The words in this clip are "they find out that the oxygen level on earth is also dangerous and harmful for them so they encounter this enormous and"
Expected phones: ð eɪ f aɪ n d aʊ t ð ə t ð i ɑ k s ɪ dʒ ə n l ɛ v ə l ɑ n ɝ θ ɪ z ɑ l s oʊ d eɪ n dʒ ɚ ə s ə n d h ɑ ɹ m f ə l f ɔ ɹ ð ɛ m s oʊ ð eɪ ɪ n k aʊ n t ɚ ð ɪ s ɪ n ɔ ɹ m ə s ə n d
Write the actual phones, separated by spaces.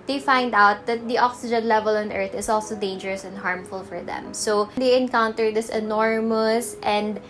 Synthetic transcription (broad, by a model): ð eɪ f aɪ n d aʊ t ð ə t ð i ɑ k s ɪ dʒ ə n l ɛ v ə l ɑ n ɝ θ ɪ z ɑ l s oʊ d eɪ n dʒ ɚ ə s ə n d h ɑ ɹ m f ə l f ɔ ɹ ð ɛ m s oʊ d eɪ ɪ n k aʊ n t ɚ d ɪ s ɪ n ɔ ɹ m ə s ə n d